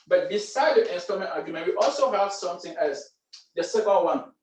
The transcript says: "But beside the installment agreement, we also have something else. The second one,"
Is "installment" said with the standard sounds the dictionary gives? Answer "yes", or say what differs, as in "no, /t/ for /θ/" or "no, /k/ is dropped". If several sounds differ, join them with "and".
no, /l/ is dropped